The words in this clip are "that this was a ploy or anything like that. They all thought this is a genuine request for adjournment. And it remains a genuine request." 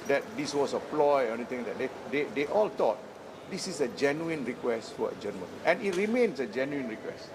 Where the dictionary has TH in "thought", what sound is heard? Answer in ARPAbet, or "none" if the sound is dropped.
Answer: T